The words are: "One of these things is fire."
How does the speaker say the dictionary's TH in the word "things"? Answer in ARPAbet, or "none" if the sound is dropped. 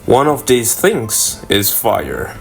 TH